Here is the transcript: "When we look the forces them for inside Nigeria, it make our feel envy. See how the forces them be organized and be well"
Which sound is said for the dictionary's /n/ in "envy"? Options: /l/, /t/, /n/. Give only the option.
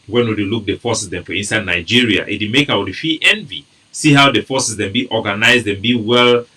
/n/